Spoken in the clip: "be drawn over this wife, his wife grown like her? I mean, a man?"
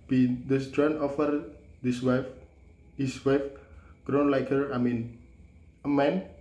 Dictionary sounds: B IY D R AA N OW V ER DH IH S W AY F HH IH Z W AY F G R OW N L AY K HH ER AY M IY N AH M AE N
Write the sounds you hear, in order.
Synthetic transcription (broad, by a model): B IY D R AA N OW F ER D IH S W AY F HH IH S W AY F G R OW N L AY K HH ER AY M IY N AH M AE N